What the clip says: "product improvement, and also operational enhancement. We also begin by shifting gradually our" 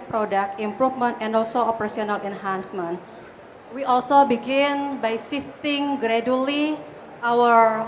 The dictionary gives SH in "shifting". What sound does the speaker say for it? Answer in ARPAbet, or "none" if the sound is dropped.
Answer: S